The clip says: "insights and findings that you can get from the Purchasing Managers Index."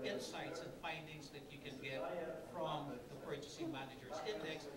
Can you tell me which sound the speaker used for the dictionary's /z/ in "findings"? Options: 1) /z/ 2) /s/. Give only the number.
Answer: 1